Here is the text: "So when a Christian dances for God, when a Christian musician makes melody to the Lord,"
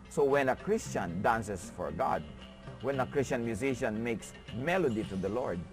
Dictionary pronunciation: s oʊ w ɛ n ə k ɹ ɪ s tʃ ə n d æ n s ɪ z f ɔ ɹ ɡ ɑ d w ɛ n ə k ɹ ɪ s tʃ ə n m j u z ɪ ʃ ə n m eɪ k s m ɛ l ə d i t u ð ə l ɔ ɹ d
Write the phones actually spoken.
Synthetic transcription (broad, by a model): s oʊ w ɛ n ə k ɹ ɪ s tʃ ə n d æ n s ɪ s f ɔ ɹ ɡ ɑ d w ɛ n ə k ɹ ɪ s tʃ ə n m j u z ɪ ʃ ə n m eɪ k s m ɛ l ə d i t u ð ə l ɔ ɹ d